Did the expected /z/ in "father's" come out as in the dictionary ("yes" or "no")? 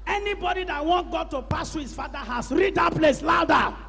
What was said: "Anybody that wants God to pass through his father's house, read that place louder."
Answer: no